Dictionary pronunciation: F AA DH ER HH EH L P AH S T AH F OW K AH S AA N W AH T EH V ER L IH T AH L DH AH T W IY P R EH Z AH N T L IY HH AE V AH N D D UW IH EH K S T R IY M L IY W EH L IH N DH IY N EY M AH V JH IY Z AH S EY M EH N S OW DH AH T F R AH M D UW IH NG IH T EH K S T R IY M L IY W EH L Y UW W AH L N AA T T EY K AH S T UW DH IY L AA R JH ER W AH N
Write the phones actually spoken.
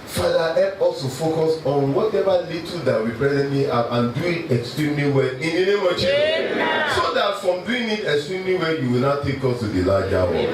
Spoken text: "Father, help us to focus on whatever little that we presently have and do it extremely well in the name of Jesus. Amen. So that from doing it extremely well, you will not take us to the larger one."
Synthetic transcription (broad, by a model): F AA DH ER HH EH P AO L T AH F OW K AH S AA N W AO T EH V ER L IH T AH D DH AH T W IY B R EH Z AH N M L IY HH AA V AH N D D UW IH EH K S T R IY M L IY W EH L IH N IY N EY M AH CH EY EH S OW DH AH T F R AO M D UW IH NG IH T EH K S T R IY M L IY W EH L Y UW W AH L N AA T T EY K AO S T UW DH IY L AA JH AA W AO